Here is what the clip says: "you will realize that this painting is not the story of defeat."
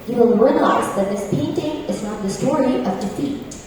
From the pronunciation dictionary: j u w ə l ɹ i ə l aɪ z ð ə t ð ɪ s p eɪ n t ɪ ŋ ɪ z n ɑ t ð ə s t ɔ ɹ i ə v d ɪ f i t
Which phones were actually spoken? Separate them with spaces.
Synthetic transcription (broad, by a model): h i w ə l ɹ i ə l aɪ z ð ə t ð ɪ s p eɪ n t ɪ ŋ ɪ z n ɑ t ð ə s t ɔ ɹ i ə v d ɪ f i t